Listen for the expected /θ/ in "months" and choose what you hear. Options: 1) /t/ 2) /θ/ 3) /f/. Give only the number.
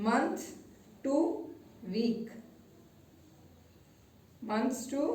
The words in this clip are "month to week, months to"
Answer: 1